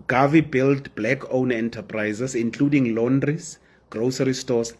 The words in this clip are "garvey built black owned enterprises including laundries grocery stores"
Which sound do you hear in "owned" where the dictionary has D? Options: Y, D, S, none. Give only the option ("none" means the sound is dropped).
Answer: none